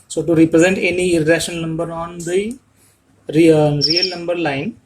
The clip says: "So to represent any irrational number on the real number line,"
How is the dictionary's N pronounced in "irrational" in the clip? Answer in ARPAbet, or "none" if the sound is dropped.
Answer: none